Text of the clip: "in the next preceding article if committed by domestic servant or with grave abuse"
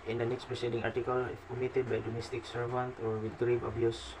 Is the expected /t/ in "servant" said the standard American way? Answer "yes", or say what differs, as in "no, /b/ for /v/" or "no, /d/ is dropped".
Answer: yes